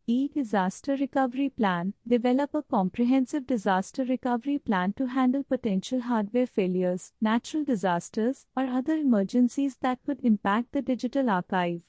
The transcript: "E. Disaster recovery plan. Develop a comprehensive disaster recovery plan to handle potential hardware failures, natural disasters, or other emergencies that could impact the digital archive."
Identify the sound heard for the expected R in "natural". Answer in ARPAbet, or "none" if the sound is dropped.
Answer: R